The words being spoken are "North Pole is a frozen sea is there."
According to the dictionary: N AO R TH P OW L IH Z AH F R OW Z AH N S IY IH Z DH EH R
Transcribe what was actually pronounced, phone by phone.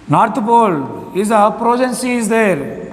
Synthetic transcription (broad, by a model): N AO R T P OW L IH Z AH P R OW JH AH N S IY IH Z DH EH R